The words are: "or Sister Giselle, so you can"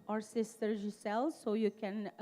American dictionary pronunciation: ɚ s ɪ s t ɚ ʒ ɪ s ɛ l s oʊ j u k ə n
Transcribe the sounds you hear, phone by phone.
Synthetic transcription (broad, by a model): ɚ s ɪ s t ɚ ʒ ɪ s ɛ l s oʊ j u k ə n